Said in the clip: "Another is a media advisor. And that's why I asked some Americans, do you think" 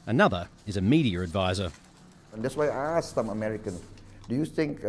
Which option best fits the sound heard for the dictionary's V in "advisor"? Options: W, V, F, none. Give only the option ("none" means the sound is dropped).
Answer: V